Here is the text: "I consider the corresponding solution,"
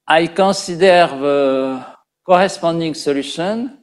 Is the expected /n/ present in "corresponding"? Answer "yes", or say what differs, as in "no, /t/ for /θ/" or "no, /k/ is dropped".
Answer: no, /n/ is dropped